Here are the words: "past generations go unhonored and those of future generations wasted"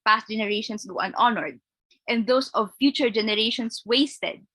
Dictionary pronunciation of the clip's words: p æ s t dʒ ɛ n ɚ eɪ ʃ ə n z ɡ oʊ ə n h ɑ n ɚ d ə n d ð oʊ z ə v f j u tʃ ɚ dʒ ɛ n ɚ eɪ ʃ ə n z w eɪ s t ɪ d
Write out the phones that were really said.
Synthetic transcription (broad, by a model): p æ s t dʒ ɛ n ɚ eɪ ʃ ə n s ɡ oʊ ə n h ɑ n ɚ d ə n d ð oʊ s ə v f j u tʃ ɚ dʒ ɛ n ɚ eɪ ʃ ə n s w eɪ s t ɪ d